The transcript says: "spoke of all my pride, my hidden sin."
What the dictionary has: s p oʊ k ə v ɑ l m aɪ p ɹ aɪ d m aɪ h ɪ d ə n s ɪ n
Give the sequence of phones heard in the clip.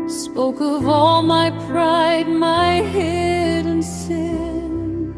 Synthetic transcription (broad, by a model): s p oʊ k ə v ɑ l m aɪ p ɹ aɪ d m aɪ h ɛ d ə n s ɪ n